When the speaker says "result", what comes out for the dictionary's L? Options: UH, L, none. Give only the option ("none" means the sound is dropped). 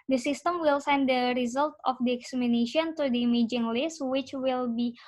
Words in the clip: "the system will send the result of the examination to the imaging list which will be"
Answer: L